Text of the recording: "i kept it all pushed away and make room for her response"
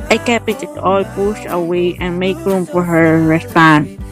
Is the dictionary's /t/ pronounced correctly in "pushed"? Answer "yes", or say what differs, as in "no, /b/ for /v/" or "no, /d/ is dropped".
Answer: no, /t/ is dropped